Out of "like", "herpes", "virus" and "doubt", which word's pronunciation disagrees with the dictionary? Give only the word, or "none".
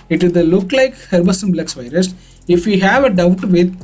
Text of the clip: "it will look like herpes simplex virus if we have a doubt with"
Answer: herpes